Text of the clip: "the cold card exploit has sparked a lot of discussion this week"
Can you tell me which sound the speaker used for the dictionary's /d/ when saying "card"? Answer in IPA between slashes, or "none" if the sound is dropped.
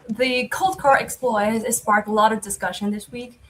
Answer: none